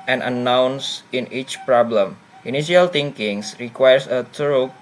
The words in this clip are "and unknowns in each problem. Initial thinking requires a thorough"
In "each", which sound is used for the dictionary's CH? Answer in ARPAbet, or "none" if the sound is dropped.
CH